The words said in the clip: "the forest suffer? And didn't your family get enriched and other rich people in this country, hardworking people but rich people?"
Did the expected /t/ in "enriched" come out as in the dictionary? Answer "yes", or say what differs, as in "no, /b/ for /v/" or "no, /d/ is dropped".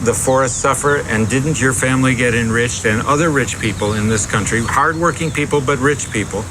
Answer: yes